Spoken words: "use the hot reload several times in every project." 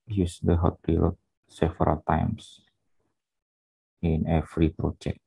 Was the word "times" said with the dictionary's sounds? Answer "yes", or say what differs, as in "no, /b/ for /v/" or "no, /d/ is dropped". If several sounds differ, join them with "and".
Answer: no, /s/ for /z/